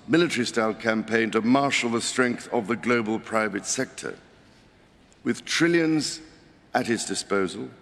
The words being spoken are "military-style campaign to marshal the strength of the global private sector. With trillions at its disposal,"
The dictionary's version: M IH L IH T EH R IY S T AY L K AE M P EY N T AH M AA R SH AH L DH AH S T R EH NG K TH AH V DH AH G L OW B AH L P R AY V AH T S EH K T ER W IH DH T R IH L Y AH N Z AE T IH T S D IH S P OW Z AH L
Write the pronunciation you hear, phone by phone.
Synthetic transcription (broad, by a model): M IH L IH T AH R IY S T AY L K AE M P EY N T AH M AA R SH L DH AH S T R EH NG K TH AH V DH AH G L OW B AH L P R AY V AH T S EH K T ER W IH DH T R IH L Y AH N Z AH T IH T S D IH S P OW Z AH L